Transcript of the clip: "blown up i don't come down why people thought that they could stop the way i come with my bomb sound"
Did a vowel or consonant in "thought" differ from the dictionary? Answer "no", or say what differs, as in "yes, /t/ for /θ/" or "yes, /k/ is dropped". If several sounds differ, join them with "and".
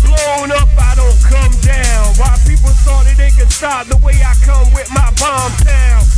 yes, /s/ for /θ/